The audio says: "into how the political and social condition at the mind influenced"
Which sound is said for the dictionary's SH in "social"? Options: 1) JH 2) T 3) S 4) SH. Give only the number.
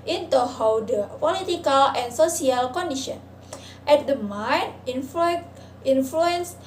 3